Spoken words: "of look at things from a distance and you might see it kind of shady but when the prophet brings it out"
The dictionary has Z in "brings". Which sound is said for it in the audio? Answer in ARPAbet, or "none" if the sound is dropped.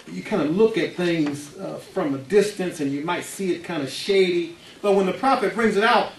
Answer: Z